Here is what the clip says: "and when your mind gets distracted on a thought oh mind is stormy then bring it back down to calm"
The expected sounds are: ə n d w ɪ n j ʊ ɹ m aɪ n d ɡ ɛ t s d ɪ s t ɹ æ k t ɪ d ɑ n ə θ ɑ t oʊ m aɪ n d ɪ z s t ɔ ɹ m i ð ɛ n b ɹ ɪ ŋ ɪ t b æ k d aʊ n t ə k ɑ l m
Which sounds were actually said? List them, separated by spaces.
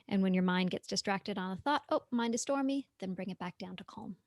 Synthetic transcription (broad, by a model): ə n w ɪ n j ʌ ɹ m aɪ n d ɡ ɛ t s d ɪ s t ɹ æ k t ɪ d n ə θ ɑ t oʊ m aɪ n d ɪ s t ɔ ɹ m i ð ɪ n b ɹ ɪ ŋ ɪ t b æ k d aʊ n t ə k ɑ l m